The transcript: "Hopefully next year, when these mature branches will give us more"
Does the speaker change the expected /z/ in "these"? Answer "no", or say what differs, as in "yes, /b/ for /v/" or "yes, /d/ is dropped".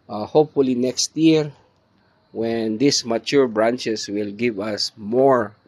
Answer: yes, /s/ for /z/